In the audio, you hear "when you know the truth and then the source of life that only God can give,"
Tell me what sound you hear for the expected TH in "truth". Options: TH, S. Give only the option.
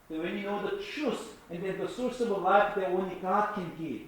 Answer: S